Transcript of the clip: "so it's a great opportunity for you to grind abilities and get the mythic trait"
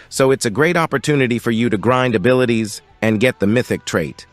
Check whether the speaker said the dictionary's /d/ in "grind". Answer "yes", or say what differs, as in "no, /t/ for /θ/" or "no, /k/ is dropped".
yes